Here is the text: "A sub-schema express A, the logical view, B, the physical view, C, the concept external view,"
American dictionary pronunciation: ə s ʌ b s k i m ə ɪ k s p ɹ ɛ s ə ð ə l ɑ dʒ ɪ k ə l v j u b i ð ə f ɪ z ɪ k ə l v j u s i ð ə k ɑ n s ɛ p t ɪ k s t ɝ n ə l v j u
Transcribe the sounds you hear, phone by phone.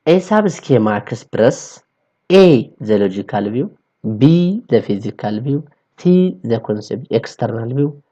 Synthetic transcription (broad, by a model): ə s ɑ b s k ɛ m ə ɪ s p ɹ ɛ s ə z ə l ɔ dʒ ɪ k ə l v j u b i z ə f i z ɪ k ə l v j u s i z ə k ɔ n s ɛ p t ɪ k s t ɝ n ə l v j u